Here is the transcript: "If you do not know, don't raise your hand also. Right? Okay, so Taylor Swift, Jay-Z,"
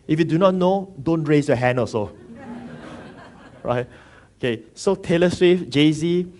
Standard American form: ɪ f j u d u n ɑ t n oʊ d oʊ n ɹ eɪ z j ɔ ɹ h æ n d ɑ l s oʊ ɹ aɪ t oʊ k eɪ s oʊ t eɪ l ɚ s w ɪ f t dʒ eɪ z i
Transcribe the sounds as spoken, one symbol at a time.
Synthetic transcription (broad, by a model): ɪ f j u d u n ɑ t n oʊ d oʊ n ɹ eɪ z j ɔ h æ n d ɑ s oʊ ɹ aɪ t oʊ k eɪ s oʊ t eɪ l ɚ s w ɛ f dʒ eɪ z i